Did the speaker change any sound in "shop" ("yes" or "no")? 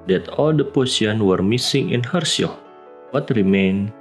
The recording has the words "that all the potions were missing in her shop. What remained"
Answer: yes